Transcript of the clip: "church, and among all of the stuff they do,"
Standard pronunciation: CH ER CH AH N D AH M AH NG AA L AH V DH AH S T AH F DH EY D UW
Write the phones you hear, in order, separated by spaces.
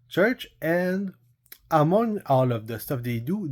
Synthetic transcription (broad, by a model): CH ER CH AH N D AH M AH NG AA L AH V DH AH S T AH F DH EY D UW